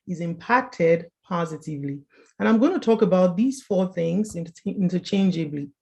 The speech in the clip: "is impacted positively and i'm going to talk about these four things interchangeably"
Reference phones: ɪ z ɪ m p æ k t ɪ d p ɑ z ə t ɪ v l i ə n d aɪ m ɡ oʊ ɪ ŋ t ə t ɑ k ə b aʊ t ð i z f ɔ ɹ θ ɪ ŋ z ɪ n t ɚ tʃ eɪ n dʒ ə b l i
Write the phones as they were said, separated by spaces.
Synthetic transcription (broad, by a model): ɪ z ɪ m p æ k t ɪ d p ɑ z ə t ɪ v l i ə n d aɪ m ɡ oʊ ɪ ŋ t ə t ɑ k ə b aʊ t ð i z f ɔ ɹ θ ɪ ŋ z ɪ n t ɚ tʃ eɪ n dʒ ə b l i